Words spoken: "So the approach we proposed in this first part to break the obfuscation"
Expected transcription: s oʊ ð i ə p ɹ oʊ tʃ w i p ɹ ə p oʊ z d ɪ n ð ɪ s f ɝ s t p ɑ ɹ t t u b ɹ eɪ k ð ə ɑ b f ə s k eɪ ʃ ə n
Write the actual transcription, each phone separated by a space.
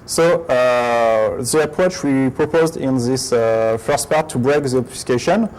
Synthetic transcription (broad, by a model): s oʊ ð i ə p ɹ oʊ tʃ w i p ɹ ə p oʊ z d ɪ n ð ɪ s f ɝ s t p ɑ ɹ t t u b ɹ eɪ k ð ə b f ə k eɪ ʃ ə n